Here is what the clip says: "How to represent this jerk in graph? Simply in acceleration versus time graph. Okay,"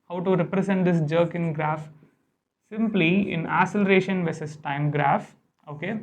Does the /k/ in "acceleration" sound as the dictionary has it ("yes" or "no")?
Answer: no